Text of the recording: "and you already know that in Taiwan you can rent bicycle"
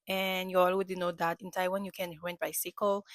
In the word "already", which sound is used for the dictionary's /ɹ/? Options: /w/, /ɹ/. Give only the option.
/w/